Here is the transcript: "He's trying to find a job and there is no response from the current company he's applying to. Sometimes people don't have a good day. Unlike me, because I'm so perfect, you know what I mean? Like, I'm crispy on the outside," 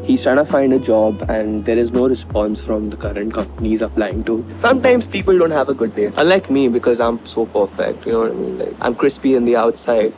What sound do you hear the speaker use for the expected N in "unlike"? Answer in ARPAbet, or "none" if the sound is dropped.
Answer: none